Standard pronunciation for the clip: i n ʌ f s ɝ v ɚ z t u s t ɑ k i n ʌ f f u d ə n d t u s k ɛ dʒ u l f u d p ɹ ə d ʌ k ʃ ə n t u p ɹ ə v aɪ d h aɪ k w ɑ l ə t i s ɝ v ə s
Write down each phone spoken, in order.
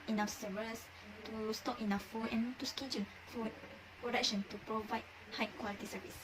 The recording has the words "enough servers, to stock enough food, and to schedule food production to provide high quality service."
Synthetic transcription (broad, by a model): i n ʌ s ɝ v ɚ s t u s t ɑ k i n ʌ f f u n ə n t u s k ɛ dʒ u n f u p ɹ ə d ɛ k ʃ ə n t u p ɹ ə v aɪ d h aɪ k w ɑ l ə t i s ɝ v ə s